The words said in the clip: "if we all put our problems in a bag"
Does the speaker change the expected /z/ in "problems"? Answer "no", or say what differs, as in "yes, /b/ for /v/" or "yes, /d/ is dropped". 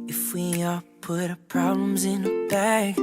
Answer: no